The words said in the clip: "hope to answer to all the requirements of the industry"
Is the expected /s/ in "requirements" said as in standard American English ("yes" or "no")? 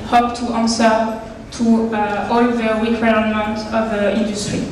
no